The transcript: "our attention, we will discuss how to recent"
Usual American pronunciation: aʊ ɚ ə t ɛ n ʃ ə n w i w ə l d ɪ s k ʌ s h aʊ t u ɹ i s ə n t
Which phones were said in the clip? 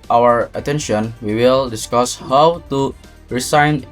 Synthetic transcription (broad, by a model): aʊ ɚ ə t ɛ n ʃ ə n w i w ə l d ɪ s k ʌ s h aʊ t u ɹ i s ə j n